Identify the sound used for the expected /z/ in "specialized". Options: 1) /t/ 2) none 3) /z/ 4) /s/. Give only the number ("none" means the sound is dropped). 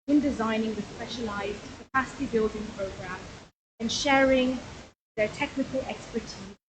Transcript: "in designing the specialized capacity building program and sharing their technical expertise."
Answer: 3